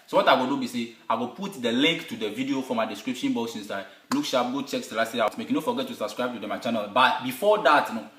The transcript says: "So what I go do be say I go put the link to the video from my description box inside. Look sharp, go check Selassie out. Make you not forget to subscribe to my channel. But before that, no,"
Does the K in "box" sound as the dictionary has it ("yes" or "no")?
no